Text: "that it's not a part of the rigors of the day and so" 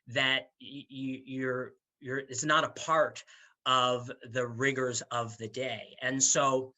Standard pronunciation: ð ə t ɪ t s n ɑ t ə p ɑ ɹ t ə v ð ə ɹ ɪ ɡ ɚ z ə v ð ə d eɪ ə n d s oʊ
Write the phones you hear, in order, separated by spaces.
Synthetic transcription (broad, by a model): ð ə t ɪ t s n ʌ t ə p ɑ ɹ t ə v ð ə ɹ ɪ ɡ ɚ z ə v ð ə d eɪ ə n s oʊ